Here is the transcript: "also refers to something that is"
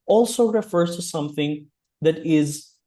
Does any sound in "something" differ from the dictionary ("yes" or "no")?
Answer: no